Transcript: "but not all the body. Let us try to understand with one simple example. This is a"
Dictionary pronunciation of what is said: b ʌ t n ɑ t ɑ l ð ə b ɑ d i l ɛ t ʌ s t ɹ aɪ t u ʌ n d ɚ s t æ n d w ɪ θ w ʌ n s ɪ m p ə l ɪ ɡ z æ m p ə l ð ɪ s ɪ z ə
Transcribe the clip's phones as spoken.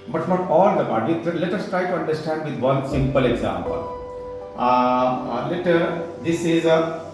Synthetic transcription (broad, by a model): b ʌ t n ɑ t ɑ l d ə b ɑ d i l ɛ t ʌ s t ɹ aɪ t u ʌ n d ɚ s t æ n d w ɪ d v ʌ n s ɪ m p ə l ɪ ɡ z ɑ m p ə l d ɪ s ɪ z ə